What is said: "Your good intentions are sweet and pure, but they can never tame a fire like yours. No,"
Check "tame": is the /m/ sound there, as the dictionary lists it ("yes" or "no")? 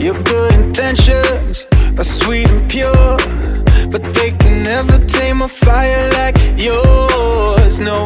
yes